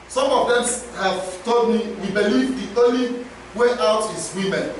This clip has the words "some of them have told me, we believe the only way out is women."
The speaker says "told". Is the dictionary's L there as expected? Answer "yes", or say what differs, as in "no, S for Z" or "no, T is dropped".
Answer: no, L is dropped